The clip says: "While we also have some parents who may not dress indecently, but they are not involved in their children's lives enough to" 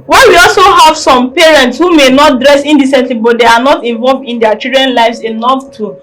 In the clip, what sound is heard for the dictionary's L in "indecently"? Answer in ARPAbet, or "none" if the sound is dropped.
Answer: L